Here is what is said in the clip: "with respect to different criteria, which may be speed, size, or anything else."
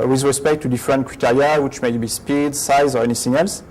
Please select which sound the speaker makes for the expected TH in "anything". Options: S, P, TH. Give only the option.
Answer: S